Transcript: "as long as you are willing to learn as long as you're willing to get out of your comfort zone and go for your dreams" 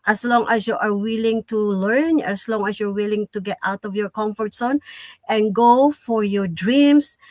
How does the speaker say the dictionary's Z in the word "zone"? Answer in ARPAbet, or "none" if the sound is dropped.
S